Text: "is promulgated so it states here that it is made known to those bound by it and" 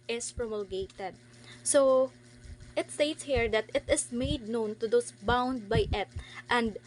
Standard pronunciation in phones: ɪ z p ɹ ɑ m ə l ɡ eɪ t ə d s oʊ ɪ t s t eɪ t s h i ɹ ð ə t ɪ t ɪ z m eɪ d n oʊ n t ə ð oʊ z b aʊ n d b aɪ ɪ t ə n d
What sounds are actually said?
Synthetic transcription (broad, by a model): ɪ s p ɹ ɑ m ə l ɡ eɪ t ə d s oʊ ɪ t s t eɪ t s h i ɹ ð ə t ɪ t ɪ s m eɪ d n oʊ n t ə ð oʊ s b aʊ n d b aɪ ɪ t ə n d